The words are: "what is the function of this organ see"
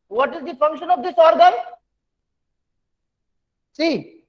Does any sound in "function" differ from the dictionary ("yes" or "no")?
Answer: no